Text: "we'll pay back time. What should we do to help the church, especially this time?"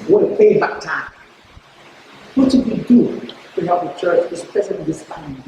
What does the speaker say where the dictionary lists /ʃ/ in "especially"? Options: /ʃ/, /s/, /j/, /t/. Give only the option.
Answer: /s/